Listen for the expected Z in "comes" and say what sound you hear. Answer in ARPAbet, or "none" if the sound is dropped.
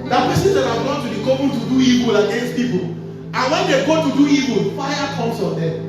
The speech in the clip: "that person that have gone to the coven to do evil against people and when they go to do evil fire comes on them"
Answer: S